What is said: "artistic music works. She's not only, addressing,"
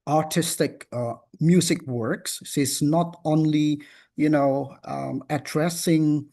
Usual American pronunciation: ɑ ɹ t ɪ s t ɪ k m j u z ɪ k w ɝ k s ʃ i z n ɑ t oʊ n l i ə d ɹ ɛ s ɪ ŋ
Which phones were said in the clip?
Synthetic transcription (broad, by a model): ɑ ɹ t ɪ s t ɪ k m j u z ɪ k w ɝ k s s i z n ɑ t oʊ n l i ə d ɹ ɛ s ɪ ŋ